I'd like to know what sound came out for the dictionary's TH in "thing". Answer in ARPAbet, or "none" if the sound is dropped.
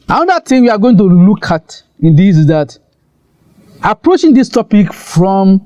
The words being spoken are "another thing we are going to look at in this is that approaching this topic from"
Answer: T